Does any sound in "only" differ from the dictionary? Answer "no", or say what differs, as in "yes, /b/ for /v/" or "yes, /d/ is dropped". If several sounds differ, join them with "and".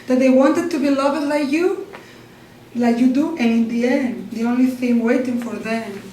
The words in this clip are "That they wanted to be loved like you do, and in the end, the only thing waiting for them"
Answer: no